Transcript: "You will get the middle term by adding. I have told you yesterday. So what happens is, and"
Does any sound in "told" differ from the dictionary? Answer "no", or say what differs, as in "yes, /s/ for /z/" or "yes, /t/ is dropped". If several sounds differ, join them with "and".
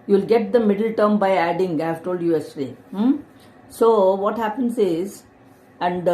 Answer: no